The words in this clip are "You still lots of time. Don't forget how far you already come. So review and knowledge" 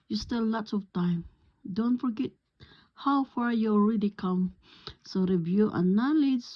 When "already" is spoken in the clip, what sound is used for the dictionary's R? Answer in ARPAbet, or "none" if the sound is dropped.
R